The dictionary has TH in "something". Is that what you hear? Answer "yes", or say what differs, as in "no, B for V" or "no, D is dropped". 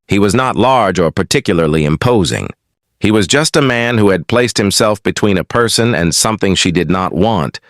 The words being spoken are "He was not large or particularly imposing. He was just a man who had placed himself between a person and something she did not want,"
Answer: yes